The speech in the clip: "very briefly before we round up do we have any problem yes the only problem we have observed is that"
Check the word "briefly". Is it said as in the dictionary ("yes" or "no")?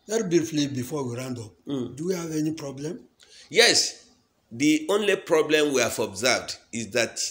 no